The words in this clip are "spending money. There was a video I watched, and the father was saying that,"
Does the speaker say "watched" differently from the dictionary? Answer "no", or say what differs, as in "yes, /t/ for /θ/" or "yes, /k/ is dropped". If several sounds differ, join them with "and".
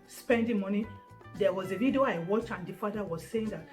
yes, /t/ is dropped